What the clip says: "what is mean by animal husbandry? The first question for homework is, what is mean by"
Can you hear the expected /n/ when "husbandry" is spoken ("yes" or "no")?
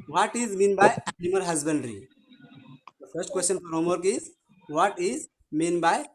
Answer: yes